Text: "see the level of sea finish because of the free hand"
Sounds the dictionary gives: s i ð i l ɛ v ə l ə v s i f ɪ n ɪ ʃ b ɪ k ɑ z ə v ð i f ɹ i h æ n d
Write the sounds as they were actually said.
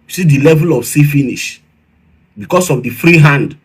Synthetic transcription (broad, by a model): s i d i l ɛ v ə l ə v s i f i n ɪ ʃ b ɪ k ɑ s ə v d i f ɹ i h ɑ n d